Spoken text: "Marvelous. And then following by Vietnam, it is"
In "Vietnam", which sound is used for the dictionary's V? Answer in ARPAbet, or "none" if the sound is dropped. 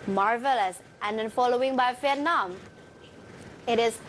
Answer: F